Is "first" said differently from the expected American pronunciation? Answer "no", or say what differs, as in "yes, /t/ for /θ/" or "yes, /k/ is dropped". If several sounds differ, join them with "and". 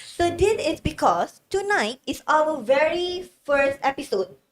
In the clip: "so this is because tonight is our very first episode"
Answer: no